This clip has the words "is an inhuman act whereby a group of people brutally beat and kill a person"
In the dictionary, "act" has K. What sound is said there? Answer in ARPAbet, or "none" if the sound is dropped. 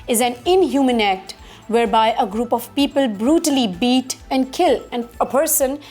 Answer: K